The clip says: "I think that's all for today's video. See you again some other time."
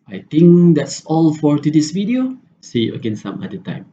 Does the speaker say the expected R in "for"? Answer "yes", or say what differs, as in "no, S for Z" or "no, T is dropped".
yes